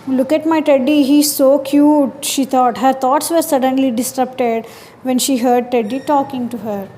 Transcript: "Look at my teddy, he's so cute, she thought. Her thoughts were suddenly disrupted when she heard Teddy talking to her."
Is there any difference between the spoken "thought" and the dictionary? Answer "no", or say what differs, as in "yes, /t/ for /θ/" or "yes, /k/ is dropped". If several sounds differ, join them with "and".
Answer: yes, /t/ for /θ/